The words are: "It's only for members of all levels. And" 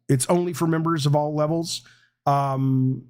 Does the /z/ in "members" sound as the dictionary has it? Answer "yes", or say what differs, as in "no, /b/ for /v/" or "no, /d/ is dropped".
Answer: yes